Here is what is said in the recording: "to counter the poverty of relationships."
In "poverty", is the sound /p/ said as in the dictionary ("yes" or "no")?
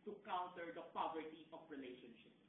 yes